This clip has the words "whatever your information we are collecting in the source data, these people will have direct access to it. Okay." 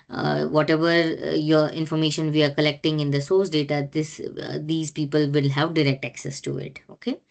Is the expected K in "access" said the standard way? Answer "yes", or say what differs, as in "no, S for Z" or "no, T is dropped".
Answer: yes